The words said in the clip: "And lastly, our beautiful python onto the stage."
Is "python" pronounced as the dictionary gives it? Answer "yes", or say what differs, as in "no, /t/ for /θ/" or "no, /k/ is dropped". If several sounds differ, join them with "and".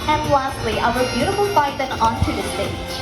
no, /f/ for /p/ and /s/ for /θ/